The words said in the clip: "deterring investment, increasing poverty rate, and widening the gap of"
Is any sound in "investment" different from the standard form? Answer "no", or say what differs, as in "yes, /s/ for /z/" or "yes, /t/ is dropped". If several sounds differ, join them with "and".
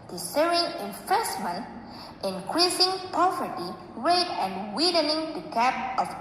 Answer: yes, /f/ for /v/